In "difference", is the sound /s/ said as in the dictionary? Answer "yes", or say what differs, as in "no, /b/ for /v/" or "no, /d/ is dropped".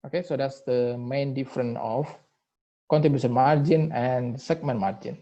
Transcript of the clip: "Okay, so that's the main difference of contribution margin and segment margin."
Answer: no, /s/ is dropped